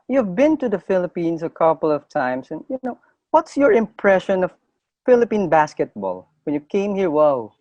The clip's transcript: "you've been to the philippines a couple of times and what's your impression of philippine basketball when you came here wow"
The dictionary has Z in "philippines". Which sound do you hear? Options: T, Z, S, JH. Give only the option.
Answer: S